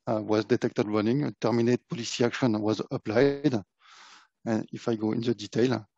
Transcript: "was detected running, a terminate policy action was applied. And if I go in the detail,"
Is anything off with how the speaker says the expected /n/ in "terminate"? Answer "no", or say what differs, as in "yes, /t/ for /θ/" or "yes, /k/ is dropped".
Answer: no